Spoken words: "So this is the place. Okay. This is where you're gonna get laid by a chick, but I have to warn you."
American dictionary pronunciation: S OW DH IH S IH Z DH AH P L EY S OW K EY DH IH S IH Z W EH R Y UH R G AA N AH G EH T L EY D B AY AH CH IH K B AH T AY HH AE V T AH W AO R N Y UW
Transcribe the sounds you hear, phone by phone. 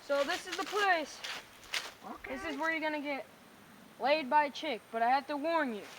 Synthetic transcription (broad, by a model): S OW DH IH S IH Z DH AH P L EY S OW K DH IH S IH Z W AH R Y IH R G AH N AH G EH T L EY D B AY AH CH IH K B AH T AY HH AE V T AH W AO R N Y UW